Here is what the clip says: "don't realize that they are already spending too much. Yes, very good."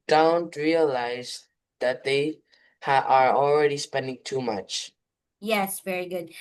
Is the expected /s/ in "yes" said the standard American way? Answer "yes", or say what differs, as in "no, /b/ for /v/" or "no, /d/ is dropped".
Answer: yes